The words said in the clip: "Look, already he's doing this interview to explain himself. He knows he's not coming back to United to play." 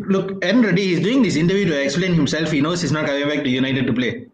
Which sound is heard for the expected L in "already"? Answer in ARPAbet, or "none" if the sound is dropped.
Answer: N